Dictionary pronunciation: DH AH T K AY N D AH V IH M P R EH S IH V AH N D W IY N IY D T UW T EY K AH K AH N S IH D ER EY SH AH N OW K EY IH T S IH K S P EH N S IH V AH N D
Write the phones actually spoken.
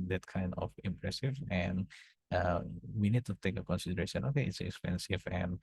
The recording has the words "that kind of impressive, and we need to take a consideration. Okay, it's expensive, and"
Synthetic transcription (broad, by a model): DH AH T K AY N D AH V IH M P R EH S IH V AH N D W IY N IY D T UW T EY K AH K AH N S IH D ER EY SH AH N OW K EY IH T S IH K S P EH N S IH V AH N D